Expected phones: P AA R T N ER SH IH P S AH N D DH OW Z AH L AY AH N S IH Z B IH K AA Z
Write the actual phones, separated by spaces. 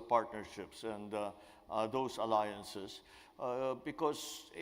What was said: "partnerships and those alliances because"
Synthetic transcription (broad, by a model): P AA R T N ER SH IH P S AH N D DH OW S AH L AY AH N S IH S B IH K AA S